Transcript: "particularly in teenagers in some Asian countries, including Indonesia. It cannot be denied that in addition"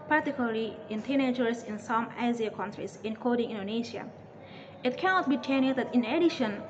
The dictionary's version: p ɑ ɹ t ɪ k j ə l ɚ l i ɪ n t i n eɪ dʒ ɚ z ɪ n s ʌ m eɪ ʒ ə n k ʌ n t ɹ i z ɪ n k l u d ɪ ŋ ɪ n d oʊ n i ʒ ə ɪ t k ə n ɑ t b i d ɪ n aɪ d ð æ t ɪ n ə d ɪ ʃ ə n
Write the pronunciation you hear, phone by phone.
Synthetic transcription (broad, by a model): p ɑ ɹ t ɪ k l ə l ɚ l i ɪ n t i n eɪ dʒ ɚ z ɪ n s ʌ m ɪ z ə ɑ k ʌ n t ɹ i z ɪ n k ɔ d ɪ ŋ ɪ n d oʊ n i ʃ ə ɪ t k ə n ɑ t b i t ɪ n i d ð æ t ɪ n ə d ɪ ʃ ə n